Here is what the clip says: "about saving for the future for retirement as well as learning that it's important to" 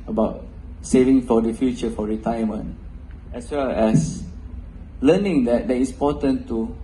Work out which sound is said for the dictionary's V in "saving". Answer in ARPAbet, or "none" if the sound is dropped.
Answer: V